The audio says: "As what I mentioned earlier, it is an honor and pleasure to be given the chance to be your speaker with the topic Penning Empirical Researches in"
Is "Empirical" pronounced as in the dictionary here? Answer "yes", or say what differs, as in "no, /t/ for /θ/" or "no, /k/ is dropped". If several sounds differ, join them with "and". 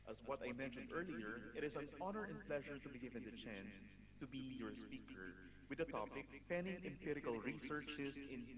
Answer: yes